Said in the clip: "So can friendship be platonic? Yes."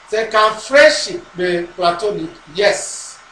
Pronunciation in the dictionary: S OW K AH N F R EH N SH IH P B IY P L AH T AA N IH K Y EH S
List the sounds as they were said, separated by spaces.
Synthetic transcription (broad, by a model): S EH K AH N F R EH N SH IH P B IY P L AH T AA N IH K Y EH S